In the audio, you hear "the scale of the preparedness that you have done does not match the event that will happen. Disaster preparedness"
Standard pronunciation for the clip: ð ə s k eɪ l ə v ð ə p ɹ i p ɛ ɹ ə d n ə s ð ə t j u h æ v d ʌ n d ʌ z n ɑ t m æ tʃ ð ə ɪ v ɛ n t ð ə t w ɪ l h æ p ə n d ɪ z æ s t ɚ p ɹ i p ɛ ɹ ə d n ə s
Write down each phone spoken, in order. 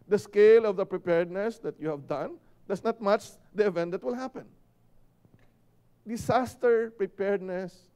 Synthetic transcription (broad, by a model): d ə s k eɪ l ə v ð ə p ɹ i p ɛ ɹ d n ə s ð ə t j u h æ v d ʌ n d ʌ s n ɑ t m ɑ tʃ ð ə ɪ v ɛ n t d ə t w ɪ l h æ p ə n d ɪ s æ s t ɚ p ɹ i p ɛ ɹ d n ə s